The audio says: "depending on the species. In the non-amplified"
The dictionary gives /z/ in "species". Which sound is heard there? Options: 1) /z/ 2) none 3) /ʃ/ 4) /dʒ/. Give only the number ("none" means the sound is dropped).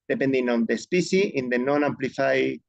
2